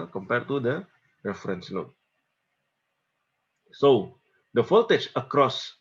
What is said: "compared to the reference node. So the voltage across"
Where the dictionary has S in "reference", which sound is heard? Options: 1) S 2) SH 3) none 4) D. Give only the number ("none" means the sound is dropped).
1